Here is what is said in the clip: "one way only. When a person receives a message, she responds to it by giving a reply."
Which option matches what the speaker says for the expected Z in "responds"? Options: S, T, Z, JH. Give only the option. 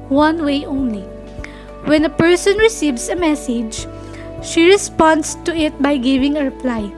S